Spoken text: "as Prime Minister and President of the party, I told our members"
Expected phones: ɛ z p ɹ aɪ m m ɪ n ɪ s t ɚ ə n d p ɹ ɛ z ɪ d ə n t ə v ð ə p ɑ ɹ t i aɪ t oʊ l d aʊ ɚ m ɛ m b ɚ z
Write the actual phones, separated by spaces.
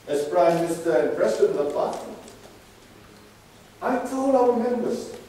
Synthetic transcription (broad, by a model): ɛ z p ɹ aɪ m m ɪ n ɪ s t ɚ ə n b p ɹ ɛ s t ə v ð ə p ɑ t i aɪ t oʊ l aʊ ɚ m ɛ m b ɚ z